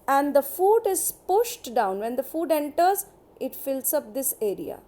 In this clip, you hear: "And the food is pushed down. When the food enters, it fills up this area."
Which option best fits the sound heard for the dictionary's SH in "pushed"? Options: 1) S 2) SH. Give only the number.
2